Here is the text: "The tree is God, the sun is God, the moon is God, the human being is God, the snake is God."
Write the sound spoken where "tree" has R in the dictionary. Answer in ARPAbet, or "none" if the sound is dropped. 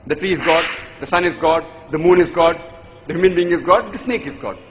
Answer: R